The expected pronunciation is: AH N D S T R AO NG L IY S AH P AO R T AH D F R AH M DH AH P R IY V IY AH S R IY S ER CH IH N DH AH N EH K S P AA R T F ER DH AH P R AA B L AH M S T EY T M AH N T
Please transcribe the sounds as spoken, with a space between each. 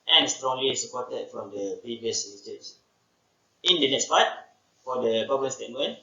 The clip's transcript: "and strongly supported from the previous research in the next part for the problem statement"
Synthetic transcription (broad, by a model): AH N S T R AO NG L IY S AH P AO T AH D F R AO M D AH P R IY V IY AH S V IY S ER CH IH N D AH N EH K S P AA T F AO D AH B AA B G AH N S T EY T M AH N